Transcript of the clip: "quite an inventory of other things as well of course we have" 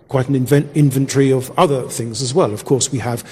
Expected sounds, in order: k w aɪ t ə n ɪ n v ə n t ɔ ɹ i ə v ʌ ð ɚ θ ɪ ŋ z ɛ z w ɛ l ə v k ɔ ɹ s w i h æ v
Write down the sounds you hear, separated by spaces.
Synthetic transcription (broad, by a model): k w aɪ t n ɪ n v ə n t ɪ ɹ i ə v ʌ ð ɚ θ ɪ ŋ z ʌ z w ɛ l ə v k ɔ ɹ s w i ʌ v